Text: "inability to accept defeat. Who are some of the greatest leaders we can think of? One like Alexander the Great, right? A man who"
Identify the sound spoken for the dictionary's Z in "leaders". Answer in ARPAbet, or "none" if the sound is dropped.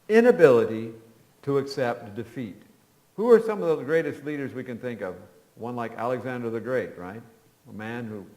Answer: Z